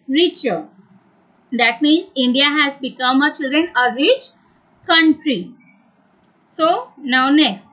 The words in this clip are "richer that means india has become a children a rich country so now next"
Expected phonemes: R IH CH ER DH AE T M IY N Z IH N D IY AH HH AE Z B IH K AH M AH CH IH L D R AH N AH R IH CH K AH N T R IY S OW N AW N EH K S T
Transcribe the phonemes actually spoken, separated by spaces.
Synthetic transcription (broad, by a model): R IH CH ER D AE T M IY N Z IH N D IY AH HH AE Z B IH K AH M AH CH IH L D R AH N AH R IH CH K AH N T R IY S OW N AW N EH K S T